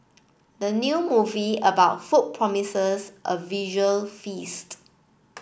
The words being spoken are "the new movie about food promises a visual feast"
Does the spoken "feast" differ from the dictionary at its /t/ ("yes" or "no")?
no